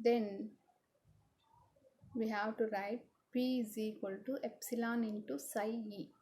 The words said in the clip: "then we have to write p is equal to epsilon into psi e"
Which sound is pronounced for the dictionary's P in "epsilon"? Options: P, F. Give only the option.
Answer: P